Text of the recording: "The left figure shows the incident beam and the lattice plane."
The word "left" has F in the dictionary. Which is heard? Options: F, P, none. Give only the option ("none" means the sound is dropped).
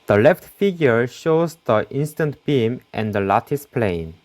F